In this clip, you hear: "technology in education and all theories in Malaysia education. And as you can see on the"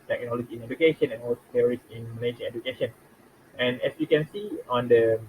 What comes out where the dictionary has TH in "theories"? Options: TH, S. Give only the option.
S